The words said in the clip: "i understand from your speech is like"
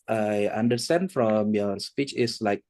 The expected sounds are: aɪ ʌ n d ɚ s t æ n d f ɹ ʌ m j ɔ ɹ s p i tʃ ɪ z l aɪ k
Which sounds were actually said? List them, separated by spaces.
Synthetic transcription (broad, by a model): aɪ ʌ n d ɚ s t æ n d f ɹ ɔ m j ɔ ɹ s p i tʃ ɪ s l aɪ k